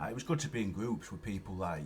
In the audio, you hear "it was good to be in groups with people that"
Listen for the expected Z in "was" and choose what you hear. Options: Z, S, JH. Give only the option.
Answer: Z